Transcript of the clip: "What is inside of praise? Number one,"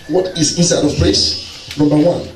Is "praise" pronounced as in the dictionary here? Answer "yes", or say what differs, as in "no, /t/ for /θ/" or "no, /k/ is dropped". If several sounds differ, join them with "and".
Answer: no, /s/ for /z/